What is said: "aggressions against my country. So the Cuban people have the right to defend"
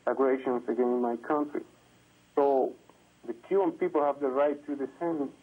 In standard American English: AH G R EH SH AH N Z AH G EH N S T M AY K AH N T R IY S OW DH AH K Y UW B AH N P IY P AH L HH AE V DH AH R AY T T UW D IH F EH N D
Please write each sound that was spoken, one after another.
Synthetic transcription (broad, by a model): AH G R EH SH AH N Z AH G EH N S M AY K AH N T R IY S OW DH AH K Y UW AH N P IY P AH L HH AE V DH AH R AY T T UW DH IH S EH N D